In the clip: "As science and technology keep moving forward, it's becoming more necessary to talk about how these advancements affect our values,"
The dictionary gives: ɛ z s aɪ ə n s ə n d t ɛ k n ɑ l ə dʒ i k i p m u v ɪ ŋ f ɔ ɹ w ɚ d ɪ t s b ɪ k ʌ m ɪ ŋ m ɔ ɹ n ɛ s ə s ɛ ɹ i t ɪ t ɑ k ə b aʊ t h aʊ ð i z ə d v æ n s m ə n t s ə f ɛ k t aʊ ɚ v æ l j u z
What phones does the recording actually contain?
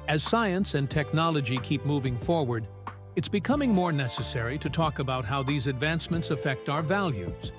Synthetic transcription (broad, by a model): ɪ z s aɪ ə n s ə n t ɛ k n ɑ l ə dʒ i k i p m u v ɪ ŋ f ɔ ɹ w ɚ d ɪ t s b ɪ k ʌ m ɪ ŋ m ɔ ɹ n ɛ s ə s ɛ ɹ i t ɪ t ɑ k ə b aʊ t h aʊ ð i z ə d v æ n s m ə n t s ə f ɛ k t aʊ ɚ v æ l j u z